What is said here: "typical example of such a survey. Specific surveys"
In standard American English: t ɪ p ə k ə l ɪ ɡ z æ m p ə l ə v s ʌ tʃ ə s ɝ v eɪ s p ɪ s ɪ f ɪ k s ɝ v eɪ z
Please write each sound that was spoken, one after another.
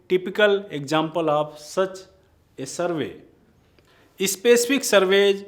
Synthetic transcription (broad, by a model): t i p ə k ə l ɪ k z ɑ m p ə l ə p s ʌ tʃ ə s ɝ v eɪ s p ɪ s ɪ p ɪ k s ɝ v eɪ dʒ